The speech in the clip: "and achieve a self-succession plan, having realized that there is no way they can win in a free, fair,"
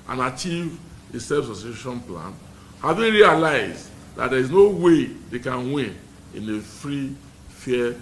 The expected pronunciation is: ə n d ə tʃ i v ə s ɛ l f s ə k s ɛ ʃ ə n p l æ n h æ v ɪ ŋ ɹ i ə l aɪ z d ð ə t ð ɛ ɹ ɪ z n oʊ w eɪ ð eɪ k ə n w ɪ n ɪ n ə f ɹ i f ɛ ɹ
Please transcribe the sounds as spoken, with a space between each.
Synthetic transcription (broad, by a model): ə n ə tʃ i v ə s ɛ f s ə s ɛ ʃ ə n p l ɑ n h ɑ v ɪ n ɹ i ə l aɪ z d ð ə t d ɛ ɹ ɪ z n oʊ w eɪ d eɪ k ə n w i n ɪ n ə f ɹ i f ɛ